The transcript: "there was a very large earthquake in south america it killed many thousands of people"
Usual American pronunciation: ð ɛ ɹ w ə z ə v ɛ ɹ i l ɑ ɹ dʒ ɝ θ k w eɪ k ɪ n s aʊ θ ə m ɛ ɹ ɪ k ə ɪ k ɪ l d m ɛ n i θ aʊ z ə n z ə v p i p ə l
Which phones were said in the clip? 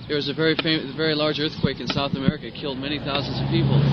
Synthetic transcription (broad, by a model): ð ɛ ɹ w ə z ə v ɛ ɹ i l ɑ ɹ dʒ ɝ θ k w eɪ k ɪ n s aʊ θ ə m ɛ ɹ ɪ k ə ɪ k ɪ l d m ɛ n i θ aʊ z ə n z ə v p i p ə l